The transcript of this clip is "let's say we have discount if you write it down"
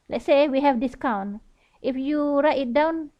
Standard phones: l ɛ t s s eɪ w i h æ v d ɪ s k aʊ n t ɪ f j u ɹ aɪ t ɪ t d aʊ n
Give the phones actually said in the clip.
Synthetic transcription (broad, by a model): l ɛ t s s eɪ w i h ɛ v d ɪ s k aʊ n t ɪ f j u ɹ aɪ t ɪ t d aʊ n